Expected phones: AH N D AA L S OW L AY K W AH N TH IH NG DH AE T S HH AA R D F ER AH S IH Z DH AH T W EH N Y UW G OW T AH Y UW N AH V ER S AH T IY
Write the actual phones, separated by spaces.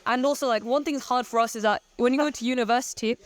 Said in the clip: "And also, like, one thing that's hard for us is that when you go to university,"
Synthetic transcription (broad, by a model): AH N AA L S OW L AY K W AH N TH IH NG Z HH AA R D F ER AH S IH Z DH AH T W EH N Y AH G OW T AH Y UW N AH V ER S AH T IY